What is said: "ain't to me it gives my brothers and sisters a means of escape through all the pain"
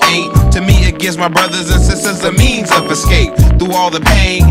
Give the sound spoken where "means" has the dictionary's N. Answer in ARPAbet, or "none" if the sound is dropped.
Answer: N